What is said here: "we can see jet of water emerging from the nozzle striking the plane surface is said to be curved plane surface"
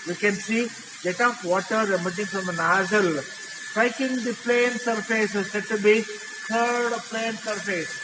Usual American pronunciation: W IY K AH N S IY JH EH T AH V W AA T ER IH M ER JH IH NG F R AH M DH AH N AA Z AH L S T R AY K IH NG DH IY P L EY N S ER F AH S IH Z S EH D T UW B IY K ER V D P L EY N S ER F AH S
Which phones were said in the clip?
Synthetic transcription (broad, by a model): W IY K AH N S IY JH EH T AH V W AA T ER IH M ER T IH NG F R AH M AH N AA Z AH L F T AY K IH NG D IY P L EY N S ER F AH S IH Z S EH D T UW B IY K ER D P L EY N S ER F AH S